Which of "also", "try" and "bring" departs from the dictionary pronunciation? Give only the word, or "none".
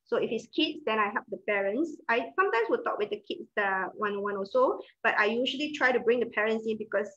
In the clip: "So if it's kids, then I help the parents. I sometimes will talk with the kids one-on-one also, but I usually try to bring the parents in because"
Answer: also